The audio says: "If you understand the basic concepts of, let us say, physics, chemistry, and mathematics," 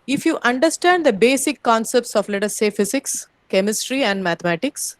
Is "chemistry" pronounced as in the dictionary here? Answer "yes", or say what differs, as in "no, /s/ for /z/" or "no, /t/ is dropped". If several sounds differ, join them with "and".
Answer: yes